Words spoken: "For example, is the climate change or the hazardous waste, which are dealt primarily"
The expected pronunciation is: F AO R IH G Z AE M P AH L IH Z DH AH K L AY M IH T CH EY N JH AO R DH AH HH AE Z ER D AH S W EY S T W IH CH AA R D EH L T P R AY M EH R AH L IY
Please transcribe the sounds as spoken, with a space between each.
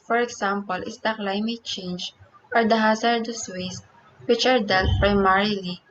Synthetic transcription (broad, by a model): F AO R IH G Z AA M P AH L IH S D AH K L AY M IH T CH EY N JH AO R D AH HH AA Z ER D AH S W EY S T W IH CH AA R D EH L T P R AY M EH R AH L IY